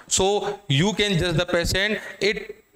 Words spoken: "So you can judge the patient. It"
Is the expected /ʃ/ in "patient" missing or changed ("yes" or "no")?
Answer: yes